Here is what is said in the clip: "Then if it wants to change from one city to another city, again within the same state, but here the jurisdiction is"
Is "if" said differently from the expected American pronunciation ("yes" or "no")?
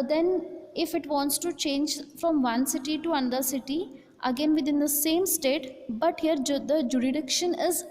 no